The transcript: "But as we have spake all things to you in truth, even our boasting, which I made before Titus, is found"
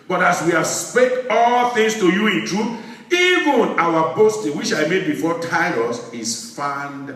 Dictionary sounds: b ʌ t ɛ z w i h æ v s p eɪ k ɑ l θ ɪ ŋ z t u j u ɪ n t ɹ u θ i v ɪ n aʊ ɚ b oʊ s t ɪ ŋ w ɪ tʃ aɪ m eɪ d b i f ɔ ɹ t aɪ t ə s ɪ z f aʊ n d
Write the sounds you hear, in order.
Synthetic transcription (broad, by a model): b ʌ t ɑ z w i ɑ s p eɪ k ɑ l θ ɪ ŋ s t u j u ɪ n t ɹ u θ i v ɪ n aʊ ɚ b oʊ s t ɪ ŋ w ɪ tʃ aɪ m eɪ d b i f ɔ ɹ t aɪ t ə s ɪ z f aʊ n d